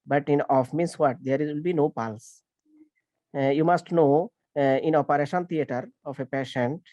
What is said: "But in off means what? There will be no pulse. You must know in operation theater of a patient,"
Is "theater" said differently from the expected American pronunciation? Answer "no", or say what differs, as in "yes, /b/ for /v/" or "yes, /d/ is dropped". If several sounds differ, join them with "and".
yes, /t/ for /θ/